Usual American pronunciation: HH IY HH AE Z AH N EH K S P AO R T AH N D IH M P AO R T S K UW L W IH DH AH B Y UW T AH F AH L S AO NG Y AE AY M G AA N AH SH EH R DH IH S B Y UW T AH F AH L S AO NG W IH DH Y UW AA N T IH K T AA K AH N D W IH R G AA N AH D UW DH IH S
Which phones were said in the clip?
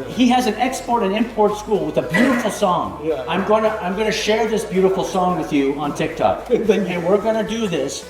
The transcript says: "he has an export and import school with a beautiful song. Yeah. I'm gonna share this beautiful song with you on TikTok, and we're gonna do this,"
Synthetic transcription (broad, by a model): HH IY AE Z AH N EH K S P AO R T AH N IH M P AO R T S K UW L W IH DH AH B Y UW T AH F L S AO NG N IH AY M G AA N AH SH EH R DH IH S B Y UW T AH F L S AO NG W IH DH Y UW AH N T IH K T AA K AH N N W IH R G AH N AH D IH DH IH S